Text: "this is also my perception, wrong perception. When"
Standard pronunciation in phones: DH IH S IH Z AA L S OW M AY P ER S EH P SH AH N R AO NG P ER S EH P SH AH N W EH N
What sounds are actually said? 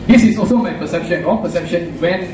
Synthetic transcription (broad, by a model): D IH S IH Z AA L S OW M AY P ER S EH P SH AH N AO P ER S EH P SH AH N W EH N